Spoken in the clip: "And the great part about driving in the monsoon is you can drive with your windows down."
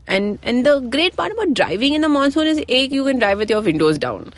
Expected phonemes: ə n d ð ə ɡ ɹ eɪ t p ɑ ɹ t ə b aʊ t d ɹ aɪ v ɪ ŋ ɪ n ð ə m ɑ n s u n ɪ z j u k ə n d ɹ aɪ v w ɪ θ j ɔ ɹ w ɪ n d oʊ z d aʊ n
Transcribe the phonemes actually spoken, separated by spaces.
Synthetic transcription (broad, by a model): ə n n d ə ɡ ɹ eɪ t p ɑ ɹ t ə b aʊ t d ɹ aɪ v ɪ ŋ ɪ n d ə m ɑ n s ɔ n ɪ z j u k ə n d ɹ aɪ v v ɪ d j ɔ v ɪ n d oʊ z d aʊ n